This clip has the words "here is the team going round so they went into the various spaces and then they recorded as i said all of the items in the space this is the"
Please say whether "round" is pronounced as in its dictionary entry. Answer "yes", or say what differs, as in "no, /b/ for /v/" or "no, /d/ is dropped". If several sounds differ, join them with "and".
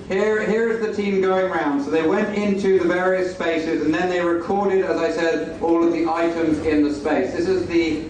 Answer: yes